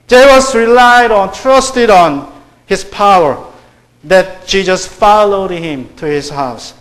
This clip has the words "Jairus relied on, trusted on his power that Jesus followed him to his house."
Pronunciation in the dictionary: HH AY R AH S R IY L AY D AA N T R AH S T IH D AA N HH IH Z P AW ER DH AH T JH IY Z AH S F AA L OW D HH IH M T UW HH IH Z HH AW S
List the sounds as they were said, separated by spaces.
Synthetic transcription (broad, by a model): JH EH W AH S R IY L AY D AA N T R AH S T IH D AA N HH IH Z P AW ER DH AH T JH IY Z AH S F AA L OW D HH IH M T UW HH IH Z HH AW S